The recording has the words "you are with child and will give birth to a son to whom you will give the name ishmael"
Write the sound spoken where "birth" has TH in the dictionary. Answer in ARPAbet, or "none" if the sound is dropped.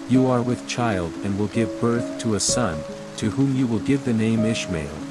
TH